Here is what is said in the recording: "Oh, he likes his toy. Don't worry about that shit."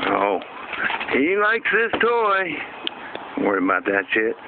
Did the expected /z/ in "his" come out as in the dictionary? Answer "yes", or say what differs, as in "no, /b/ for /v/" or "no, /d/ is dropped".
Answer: no, /s/ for /z/